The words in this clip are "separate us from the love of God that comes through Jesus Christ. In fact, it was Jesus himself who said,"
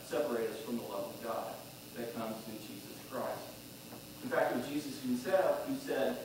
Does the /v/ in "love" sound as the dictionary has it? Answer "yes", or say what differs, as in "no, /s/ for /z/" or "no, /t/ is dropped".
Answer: yes